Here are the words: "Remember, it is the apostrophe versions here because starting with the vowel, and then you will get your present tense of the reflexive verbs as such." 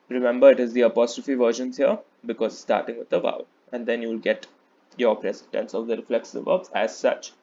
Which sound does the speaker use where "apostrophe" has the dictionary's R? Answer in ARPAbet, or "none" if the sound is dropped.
R